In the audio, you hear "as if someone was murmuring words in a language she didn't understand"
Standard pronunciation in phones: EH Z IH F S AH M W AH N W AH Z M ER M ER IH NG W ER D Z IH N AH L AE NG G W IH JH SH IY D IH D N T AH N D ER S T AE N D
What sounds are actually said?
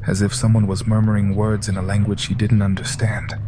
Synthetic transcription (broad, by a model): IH Z IH F S AH M W AH N W AH Z M ER M ER IH NG W ER D Z IH N AH L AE NG G W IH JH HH IY D IH D N T AH N D ER S T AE N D